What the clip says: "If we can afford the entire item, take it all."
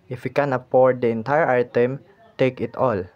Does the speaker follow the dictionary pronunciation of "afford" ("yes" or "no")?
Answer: no